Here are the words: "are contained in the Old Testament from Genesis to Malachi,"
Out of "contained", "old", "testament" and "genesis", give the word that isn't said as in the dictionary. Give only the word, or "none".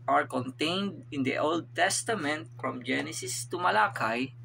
none